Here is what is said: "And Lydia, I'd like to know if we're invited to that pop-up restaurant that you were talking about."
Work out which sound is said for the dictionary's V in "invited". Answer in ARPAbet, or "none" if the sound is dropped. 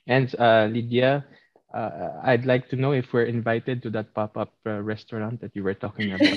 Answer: V